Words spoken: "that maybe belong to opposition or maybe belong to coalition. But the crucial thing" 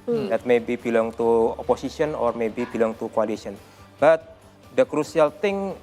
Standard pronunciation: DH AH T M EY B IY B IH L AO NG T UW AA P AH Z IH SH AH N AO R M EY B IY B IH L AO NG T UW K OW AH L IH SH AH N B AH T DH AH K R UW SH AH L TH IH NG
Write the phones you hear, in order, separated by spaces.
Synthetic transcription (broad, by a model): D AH T M EY B IY B IH L AO NG T UW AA P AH S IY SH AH N AO R M EY B IY B IH L AO NG T UW K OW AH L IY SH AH N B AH T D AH K R UW S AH L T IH NG